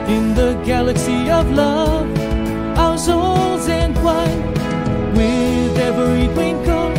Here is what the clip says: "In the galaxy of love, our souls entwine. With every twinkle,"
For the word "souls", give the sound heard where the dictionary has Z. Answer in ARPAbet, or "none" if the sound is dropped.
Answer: Z